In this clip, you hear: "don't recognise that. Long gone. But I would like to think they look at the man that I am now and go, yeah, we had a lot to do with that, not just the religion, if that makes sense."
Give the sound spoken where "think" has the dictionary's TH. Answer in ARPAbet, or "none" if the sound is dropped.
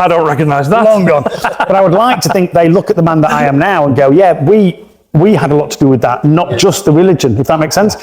TH